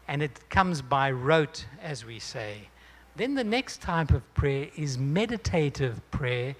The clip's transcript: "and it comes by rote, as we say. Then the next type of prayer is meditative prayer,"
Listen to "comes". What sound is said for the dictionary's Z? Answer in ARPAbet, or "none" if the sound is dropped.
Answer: Z